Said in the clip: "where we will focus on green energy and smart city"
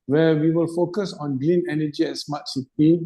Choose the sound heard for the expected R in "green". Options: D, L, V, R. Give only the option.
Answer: L